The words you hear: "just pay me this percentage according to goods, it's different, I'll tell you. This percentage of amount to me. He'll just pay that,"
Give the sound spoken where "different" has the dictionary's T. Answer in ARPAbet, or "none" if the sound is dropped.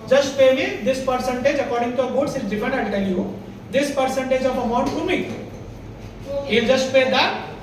none